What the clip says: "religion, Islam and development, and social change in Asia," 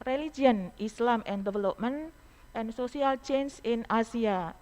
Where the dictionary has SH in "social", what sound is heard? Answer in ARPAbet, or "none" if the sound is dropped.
S